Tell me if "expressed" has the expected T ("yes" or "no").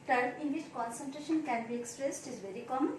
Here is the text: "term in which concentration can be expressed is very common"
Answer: yes